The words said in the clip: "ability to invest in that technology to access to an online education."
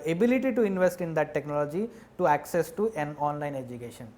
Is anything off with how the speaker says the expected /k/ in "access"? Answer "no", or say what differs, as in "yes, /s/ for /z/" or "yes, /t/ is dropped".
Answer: no